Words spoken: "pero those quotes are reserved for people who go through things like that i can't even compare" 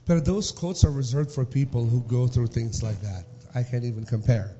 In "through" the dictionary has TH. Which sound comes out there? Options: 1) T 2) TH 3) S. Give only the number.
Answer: 2